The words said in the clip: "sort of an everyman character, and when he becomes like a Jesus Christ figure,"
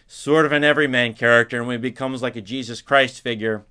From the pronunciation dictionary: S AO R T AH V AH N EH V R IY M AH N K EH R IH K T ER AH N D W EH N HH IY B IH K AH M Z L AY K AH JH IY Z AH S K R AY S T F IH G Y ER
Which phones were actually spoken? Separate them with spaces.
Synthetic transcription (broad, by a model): S AO R T AH V AH N EH V R IY M AH N K EH R IH K T ER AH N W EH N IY B IH K AH M Z L AY K AH JH IY Z AH S K R AY S T F IH G Y ER